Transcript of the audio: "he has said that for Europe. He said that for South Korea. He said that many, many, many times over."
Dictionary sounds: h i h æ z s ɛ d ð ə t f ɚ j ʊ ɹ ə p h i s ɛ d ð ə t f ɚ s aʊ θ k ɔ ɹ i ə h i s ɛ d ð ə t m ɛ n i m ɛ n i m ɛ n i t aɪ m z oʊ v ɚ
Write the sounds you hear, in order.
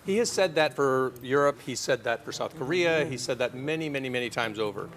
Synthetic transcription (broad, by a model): h i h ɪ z s ɛ d ð ə t f ɚ j ʊ ɹ ə p h i s ɛ d ð ə t f ɚ s aʊ θ k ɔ ɹ i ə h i s ɛ d ð ə t m ɛ n i m ɛ n i m ɛ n i t aɪ m z oʊ v ɚ